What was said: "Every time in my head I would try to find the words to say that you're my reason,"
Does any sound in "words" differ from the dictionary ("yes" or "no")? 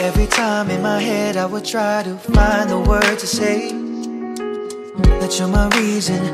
yes